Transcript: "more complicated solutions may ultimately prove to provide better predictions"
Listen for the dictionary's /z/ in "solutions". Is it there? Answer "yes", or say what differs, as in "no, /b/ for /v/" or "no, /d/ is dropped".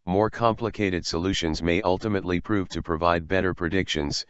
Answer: yes